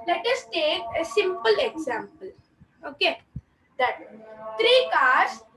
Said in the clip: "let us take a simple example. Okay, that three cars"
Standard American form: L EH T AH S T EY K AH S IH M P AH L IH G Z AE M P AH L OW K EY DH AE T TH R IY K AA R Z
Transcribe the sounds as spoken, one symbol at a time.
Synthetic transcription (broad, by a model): L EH T AH S T EY K AH S IH M P AH L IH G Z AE M P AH L OW K EY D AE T T R IY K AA R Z